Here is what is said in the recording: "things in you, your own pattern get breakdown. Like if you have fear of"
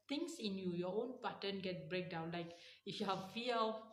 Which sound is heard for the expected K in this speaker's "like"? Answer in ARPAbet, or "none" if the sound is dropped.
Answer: K